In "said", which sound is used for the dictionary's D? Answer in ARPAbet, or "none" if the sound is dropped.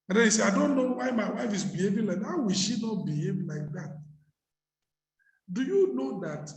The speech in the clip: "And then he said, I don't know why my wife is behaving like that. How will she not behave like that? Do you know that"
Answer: none